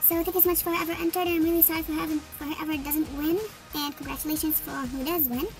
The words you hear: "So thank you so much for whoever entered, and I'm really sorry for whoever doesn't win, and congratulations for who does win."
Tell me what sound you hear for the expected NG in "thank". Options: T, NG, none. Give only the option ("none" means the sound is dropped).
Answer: none